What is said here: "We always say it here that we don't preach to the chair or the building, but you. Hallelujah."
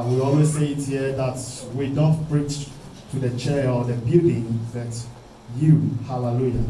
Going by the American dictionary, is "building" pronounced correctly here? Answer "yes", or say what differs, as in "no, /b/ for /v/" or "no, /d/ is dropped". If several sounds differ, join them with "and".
no, /l/ is dropped